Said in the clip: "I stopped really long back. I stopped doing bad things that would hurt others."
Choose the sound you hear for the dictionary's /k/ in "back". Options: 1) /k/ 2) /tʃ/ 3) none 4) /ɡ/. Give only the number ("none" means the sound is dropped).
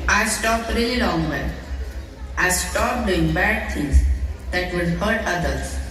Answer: 3